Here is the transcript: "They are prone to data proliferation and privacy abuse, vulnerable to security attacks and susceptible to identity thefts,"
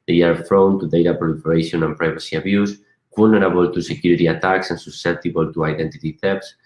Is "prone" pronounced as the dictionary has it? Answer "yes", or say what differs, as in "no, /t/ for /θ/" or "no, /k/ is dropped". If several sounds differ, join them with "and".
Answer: no, /f/ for /p/